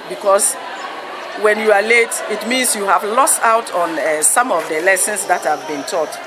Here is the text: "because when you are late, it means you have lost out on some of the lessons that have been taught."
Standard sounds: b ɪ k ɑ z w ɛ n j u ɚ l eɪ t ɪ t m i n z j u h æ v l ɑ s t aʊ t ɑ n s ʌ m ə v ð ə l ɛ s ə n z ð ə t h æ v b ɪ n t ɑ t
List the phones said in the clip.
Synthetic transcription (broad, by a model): b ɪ k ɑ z w ɛ n j u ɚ l eɪ t ɪ t m i n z j u h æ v l ɑ s t aʊ t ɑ n s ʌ m ə v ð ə l ɛ s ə n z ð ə t h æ v b ɪ n t ɑ t